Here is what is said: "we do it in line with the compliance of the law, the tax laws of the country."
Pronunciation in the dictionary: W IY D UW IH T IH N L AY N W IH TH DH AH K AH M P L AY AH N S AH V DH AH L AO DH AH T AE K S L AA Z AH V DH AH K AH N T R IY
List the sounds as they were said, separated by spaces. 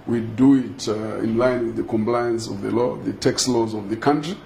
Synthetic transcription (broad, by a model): W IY D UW IH T IH N L AY N W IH DH AH K AH M P L AY AH N S AH V DH AH L AO DH AH T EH K S L AA Z AH V DH AH K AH N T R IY